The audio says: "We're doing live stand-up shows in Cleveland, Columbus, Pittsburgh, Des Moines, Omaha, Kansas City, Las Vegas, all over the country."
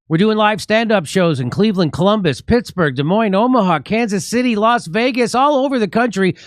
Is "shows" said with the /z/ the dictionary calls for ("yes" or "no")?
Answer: yes